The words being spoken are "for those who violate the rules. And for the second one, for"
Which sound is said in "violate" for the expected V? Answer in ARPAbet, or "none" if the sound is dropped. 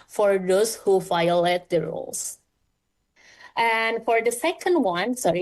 F